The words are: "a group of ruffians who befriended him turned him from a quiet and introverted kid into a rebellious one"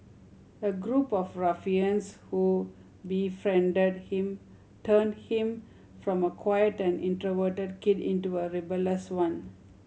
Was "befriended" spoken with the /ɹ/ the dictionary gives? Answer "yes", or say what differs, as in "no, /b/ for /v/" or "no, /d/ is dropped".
yes